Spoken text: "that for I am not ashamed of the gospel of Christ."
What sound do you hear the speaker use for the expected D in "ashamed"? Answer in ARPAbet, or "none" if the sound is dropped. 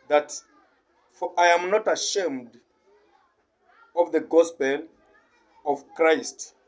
D